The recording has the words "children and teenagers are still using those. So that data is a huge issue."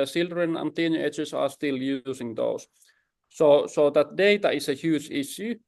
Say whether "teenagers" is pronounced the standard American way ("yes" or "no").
no